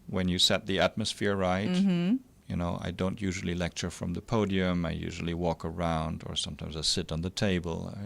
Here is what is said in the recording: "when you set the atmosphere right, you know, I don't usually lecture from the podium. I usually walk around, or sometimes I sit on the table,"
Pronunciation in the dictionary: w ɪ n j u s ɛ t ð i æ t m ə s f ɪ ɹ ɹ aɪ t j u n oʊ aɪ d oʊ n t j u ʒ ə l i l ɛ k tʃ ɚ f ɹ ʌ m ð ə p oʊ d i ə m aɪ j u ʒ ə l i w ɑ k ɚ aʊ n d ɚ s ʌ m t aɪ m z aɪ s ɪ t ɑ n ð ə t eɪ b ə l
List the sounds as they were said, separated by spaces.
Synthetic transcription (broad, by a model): w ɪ n j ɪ s ɛ t ð i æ t m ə s f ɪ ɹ ɹ aɪ t j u n oʊ aɪ d oʊ n t j u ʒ l i l ɛ k tʃ ɚ f ɹ ʌ m ð ə p oʊ d i ə m aɪ j u ʒ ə l i w ɑ k ɚ aʊ n d ɚ s ʌ m t aɪ m z aɪ s ɪ t n ð ə t eɪ b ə l